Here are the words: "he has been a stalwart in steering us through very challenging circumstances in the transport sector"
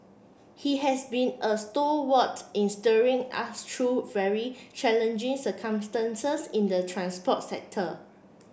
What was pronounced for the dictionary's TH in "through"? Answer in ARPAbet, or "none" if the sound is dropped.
T